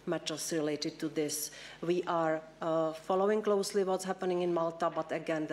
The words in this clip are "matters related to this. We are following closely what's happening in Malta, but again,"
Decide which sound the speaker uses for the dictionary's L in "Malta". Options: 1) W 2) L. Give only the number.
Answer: 2